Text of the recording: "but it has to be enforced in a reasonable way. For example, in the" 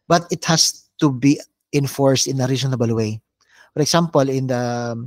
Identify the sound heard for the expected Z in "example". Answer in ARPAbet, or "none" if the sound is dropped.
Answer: S